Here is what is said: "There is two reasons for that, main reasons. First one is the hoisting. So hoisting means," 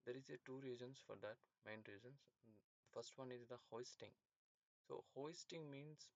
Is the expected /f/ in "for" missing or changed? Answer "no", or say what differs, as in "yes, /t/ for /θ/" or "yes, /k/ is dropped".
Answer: no